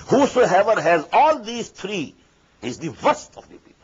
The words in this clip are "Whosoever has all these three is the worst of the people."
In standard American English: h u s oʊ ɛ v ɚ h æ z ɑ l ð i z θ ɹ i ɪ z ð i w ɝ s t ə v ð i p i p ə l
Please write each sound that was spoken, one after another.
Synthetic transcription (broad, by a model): h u s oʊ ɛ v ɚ h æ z ɑ l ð i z t ɹ i ɪ z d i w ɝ s t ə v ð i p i